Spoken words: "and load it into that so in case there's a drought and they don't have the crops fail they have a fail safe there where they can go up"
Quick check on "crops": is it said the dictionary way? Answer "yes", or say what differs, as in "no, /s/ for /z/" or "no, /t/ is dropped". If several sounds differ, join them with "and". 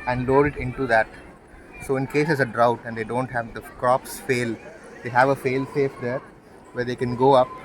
yes